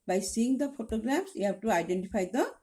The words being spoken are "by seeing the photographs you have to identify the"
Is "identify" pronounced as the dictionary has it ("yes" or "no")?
no